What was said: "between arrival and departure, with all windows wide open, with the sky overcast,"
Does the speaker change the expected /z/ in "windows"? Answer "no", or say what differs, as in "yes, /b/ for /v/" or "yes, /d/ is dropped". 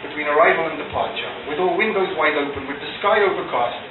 no